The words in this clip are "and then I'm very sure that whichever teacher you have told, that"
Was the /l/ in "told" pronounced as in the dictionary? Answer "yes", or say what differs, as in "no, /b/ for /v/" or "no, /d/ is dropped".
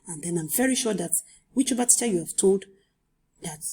yes